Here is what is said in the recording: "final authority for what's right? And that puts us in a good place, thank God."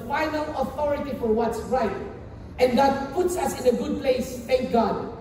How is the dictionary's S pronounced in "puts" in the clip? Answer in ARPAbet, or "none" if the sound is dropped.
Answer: S